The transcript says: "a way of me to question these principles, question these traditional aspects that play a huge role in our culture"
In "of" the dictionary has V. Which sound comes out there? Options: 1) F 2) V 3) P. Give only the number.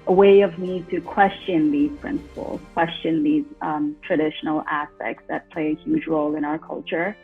2